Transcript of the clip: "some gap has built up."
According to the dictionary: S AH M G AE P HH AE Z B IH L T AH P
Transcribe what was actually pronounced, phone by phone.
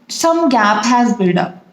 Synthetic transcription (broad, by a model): S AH M G AE P HH AE Z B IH T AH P